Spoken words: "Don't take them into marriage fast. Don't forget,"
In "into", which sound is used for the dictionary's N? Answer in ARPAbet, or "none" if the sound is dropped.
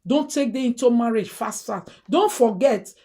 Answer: N